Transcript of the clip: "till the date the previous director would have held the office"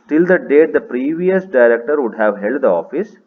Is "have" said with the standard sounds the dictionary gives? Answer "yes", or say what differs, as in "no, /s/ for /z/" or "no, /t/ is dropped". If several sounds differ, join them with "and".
yes